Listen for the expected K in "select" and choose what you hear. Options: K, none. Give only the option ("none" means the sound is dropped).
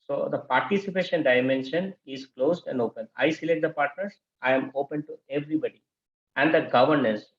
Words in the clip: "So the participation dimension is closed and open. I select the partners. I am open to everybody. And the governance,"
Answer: none